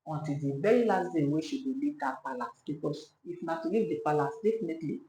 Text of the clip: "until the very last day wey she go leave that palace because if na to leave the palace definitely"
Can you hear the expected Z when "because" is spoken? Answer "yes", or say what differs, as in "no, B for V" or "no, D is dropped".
no, S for Z